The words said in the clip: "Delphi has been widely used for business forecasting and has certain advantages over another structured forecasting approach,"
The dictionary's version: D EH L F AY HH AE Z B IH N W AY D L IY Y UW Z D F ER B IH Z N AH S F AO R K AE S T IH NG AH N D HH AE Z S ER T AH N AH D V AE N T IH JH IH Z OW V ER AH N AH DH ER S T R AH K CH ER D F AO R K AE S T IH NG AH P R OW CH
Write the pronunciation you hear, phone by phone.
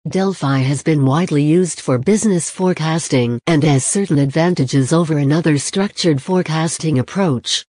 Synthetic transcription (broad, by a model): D EH L F AY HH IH Z B IH N W AY D L IY Y UW Z D F ER B IH Z N AH S F AO R K AE S T IH NG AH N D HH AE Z S ER T N AH D V AE N T IH JH IH Z OW V ER AH N AH DH ER S T R AH K CH ER D F AO R K AE S T IH NG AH P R OW CH